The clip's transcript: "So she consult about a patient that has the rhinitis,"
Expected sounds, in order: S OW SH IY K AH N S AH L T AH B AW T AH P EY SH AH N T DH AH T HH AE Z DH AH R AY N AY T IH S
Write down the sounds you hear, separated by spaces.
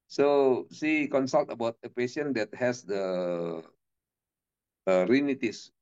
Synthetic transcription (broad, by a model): S OW S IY K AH N S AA L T AH B AW T AH P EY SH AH N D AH T HH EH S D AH R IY N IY T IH S